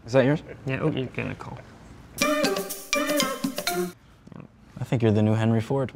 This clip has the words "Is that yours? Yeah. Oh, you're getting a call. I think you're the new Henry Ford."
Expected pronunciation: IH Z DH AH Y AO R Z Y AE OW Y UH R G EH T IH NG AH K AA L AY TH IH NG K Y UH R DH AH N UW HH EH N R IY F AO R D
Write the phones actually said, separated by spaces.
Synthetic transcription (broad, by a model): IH Z DH AH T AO R Y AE OW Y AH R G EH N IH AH K AA L AY TH IH NG K Y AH R DH AH N UW HH EH N R IY F AO R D